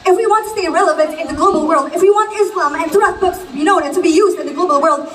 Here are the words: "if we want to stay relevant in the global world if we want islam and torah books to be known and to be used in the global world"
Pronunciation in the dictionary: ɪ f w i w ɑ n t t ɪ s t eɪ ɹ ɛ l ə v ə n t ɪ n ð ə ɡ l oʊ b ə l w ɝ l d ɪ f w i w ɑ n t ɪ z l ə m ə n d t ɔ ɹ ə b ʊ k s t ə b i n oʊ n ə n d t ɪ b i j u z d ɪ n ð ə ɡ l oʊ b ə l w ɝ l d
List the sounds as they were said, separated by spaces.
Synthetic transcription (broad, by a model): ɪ f w i w ɑ n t t ɪ s t eɪ ɹ ɛ l ə v ə n t ɪ n ð ə ɡ l oʊ b l w ɝ l d ɪ f w i w ɑ n t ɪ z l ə m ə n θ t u ə b ʊ k s t ə b i n oʊ n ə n t ɪ b i j u z d ɪ n ð ə ɡ l oʊ b l w ɝ l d